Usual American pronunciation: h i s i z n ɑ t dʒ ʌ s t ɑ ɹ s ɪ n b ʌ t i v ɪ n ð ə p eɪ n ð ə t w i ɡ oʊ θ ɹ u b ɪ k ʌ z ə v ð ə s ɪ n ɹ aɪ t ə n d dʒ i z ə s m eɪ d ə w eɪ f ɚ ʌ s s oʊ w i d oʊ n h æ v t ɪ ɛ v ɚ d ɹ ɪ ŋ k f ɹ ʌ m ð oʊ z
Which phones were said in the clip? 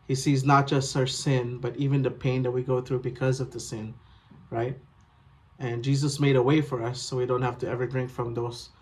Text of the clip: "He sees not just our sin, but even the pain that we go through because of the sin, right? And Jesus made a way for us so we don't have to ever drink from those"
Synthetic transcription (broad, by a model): h i s i z n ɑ t dʒ ʌ s t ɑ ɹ s ɪ n b ʌ t i v ɪ n ð ə p eɪ n ð ə t w i ɡ oʊ θ ɹ u b ɪ k ʌ z ə v ð ə s ɪ n ɹ aɪ t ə n dʒ i z ə s m eɪ d ə w eɪ f ɚ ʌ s s oʊ w i d oʊ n h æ f t ɪ ɛ v ɚ d ɹ ɪ ŋ k f ɹ ʌ m ð oʊ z